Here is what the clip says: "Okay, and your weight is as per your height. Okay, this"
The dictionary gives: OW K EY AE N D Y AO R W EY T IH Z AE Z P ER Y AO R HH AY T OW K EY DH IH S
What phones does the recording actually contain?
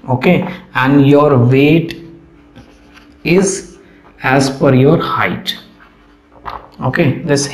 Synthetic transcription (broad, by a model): OW K EY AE N D Y AO R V EY T IH Z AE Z F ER Y AO R HH AY T OW K EY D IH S